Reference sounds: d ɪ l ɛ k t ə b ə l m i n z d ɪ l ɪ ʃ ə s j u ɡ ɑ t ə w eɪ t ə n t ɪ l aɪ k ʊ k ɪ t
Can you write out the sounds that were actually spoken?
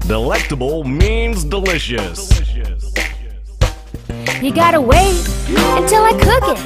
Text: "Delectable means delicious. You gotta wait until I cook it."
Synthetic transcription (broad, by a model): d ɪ l ɛ k t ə b l m i n z d ɪ l ɪ ʃ ə s j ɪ ɡ ɑ t ə w eɪ ə n t ɪ l aɪ k ʊ k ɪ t